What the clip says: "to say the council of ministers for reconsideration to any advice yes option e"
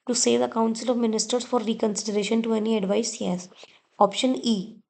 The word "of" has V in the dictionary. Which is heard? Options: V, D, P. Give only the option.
V